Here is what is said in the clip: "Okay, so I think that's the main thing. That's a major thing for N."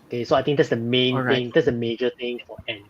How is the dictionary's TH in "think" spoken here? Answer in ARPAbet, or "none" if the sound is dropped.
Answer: T